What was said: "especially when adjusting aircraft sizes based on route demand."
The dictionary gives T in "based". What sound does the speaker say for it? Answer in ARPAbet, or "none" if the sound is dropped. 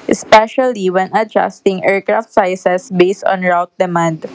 T